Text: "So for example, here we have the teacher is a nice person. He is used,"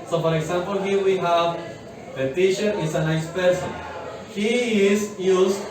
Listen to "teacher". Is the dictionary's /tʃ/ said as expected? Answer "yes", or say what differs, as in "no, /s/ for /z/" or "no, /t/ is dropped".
no, /ʃ/ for /tʃ/